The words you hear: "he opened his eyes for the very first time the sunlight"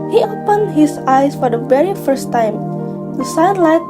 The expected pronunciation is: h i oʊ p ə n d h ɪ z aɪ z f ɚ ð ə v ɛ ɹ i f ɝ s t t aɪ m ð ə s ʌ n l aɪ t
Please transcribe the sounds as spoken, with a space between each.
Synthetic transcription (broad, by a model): h i oʊ p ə n h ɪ s aɪ s f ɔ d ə v ɛ ɹ i f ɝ s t t aɪ m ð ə s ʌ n l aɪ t